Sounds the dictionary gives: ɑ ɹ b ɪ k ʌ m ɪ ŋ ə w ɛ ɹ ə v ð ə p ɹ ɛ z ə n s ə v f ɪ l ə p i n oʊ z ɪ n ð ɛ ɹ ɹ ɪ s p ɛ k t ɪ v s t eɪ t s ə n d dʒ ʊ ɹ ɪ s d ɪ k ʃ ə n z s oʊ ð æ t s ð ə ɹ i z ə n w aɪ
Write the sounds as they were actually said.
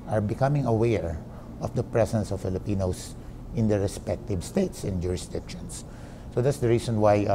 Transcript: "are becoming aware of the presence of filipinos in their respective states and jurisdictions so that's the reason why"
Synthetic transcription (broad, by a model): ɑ ɹ b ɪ k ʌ m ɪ ŋ ə w ɛ ɹ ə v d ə p ɹ ɛ s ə n s ə v f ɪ l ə p i n oʊ s ɪ n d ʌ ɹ ɹ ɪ s p ɛ k t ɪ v s t eɪ t s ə n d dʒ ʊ ɹ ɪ s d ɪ k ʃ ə n s oʊ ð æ t s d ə ɹ i s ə n w aɪ